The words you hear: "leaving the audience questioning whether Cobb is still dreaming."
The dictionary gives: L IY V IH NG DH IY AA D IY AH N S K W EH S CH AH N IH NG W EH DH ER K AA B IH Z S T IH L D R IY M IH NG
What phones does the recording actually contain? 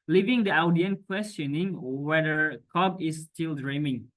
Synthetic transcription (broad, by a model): L IY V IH NG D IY AA D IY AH N K W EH S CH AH N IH NG W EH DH ER K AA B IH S T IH L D R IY M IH NG